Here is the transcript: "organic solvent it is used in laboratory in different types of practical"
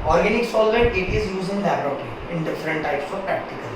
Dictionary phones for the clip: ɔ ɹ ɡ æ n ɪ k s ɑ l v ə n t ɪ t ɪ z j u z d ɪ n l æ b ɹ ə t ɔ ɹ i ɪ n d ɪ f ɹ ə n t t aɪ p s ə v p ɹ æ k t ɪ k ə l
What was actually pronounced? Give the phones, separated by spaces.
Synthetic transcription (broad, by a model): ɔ ɹ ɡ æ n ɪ k s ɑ l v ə t ɪ t ɪ z j u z ɪ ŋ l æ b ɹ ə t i ɪ n d ɪ f ɹ ə n t t aɪ p s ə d p ɹ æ k t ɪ k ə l